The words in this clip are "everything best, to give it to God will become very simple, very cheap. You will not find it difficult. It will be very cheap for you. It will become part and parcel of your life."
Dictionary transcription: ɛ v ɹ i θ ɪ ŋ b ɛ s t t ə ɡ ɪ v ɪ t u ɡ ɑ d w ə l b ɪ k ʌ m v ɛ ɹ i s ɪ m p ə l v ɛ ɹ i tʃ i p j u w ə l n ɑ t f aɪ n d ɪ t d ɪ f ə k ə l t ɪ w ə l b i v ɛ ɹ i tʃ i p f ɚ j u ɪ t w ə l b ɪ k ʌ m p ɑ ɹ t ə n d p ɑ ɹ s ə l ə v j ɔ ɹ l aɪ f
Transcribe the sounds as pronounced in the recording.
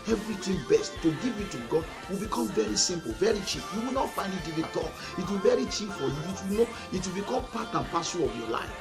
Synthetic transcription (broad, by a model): ɛ v ɹ i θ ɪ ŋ b ɛ s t t ə ɡ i v ɪ t u ɡ ɑ d w ə l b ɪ k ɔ m v ɛ ɹ i s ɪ m p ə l v ɛ ɹ i tʃ i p j u w ə l n ɑ t f aɪ n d ɪ t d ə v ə t ɪ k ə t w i v ɛ ɹ i tʃ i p f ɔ j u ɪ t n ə w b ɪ k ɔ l p ɑ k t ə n p ɑ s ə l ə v j ɔ l aɪ f